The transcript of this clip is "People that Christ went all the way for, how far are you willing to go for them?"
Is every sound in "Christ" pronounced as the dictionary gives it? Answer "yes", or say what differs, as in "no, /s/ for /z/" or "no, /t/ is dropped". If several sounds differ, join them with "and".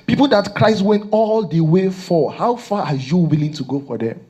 yes